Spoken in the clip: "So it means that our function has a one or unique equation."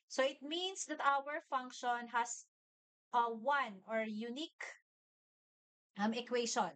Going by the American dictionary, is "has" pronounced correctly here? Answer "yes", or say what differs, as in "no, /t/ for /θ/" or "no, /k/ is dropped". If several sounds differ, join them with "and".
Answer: no, /s/ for /z/